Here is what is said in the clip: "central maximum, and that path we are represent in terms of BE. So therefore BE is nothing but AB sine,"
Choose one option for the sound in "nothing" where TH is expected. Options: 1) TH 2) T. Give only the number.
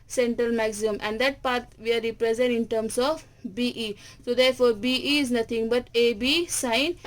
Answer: 2